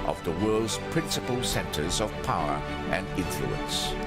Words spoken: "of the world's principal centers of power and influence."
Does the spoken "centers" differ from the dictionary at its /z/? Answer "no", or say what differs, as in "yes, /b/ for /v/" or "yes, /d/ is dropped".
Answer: no